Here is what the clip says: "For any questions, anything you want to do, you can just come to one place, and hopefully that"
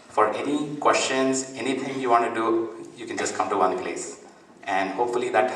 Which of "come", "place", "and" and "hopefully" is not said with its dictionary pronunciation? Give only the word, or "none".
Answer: none